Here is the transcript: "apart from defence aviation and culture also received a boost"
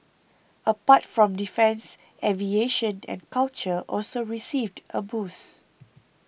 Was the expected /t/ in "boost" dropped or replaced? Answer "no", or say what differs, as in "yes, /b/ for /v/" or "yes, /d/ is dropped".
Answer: yes, /t/ is dropped